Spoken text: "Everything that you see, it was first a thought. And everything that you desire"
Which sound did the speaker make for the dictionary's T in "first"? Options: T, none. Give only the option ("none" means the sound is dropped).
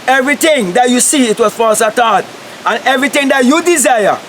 none